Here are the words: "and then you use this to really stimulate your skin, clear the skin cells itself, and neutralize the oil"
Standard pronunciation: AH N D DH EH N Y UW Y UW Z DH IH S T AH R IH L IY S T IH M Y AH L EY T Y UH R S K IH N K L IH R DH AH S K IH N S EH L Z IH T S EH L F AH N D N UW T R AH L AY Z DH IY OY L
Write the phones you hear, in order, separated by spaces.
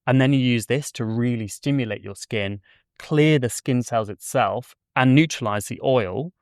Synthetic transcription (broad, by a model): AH N DH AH N Y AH Y UW Z DH IH S T AH R IH L IY S T IH M Y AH L EY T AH S K IH N K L IH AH DH AH S K IH N S EH L Z IH T S EH L F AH N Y UW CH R AH L AY Z DH IY OY L